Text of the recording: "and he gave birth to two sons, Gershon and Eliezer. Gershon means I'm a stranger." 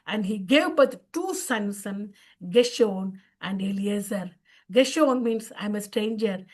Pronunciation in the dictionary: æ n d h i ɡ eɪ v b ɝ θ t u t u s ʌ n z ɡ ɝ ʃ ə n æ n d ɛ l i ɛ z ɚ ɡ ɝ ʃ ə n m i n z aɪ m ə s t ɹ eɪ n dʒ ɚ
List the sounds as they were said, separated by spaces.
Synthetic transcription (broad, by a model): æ n d h i ɡ eɪ v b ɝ t t u s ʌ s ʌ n ɡ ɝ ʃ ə n æ n d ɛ l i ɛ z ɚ ɡ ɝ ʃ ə n m i n s aɪ m ə s t ɹ eɪ n dʒ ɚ